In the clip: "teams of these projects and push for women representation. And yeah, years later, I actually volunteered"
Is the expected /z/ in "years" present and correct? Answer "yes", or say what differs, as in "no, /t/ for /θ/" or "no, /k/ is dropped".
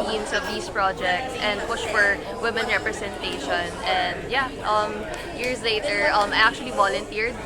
no, /s/ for /z/